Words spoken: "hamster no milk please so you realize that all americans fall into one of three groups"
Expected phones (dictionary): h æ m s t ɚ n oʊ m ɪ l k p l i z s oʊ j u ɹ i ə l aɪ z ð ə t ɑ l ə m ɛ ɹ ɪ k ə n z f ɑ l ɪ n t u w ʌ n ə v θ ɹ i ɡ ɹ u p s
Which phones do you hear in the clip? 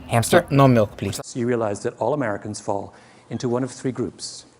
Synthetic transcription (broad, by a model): h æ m s t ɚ n oʊ m ɪ l k p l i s j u ɹ i ə l aɪ z ð ə t ɑ l ə m ɛ ɹ ɪ k ə n z f ɑ l ɪ n t u w ʌ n ə v θ ɹ i ɡ ɹ u p s